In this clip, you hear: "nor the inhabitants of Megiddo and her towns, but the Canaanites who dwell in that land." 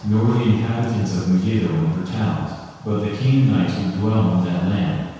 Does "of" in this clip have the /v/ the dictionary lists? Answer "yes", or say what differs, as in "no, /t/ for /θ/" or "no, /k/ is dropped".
yes